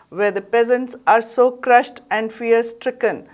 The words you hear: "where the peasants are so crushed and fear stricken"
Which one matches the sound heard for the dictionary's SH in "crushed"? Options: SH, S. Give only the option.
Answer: SH